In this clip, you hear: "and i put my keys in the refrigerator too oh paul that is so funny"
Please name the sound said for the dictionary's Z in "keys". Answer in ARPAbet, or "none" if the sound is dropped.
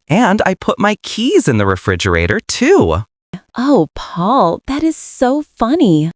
Z